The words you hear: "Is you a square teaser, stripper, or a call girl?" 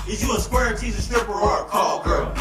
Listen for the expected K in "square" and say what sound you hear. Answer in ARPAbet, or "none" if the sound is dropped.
K